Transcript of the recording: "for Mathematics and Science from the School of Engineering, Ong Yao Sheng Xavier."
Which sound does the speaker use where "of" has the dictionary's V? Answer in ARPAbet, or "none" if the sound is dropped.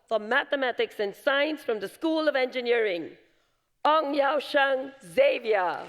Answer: V